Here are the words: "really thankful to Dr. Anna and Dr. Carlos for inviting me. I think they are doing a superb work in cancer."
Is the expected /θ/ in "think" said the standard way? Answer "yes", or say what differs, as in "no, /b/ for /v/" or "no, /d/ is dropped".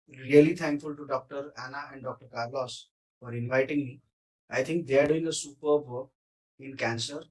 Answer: no, /t/ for /θ/